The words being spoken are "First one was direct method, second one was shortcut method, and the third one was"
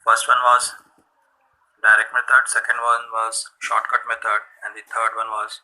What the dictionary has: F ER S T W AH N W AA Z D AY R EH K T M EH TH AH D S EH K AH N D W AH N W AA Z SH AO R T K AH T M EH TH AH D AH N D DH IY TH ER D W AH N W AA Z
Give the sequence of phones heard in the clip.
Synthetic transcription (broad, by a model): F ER S T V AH N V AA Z D AY R EH K T M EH T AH D S EH K AH N D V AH N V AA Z SH AO R T K AH T M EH T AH D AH N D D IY T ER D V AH N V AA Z